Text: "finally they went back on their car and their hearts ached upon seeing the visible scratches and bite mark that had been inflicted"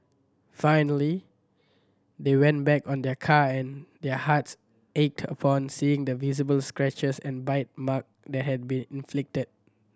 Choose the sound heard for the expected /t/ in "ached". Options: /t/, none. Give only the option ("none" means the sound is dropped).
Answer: /t/